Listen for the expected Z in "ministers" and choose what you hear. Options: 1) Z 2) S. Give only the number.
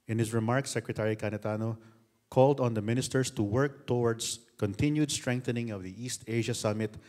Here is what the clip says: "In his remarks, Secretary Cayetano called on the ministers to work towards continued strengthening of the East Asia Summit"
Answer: 2